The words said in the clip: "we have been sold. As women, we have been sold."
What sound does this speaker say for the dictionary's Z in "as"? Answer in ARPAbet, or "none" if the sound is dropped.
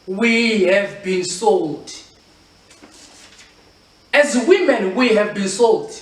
Z